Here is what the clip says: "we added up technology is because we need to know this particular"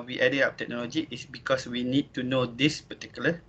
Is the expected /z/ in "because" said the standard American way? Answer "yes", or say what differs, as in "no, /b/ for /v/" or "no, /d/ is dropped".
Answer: no, /s/ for /z/